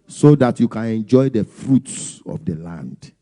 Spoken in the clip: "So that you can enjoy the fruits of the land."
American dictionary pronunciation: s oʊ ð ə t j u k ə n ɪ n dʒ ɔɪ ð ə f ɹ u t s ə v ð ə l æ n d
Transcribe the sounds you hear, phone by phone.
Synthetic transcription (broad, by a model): s oʊ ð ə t j u k ə n ɪ n dʒ ɔɪ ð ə f ɹ u t s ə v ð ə l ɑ n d